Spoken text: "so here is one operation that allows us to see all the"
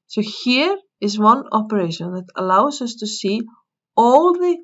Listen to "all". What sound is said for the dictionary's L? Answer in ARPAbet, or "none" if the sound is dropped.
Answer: L